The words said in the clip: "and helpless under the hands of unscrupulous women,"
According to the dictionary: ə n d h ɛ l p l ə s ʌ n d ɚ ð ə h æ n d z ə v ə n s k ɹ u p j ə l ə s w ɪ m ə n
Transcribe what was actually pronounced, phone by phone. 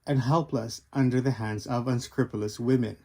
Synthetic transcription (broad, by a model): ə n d h ɛ l p l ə s ʌ n d ɚ ð ə h æ n d z ə v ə n s k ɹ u p j l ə s w ɪ m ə n